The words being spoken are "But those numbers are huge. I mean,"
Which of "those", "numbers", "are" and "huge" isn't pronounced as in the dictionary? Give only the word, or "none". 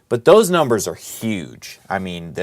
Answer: none